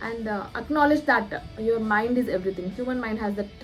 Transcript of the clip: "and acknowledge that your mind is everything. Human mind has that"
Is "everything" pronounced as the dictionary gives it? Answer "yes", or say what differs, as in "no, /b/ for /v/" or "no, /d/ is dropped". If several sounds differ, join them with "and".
no, /t/ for /θ/